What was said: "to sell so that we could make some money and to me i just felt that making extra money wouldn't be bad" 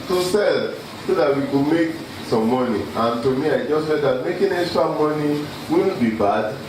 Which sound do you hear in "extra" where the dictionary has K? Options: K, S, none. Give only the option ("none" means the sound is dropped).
none